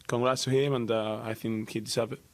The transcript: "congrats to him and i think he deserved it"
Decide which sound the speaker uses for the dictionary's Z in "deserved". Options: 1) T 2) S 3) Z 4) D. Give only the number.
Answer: 2